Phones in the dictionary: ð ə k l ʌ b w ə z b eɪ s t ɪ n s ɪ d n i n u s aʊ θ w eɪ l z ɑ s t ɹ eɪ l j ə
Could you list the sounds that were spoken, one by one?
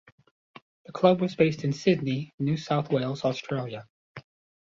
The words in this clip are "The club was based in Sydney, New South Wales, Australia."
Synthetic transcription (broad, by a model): ð ə k l ʌ b w ə z b eɪ s t ɪ n s ɪ d n i n u s aʊ θ w eɪ l z ɑ s t ɹ eɪ l j ə